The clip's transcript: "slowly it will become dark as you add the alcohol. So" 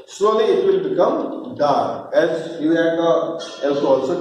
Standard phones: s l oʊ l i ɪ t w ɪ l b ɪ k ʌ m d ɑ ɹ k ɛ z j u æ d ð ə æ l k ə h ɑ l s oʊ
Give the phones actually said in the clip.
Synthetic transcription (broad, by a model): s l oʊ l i ɪ t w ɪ l b ɪ k ʌ m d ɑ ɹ ɛ z j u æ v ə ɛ l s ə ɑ l s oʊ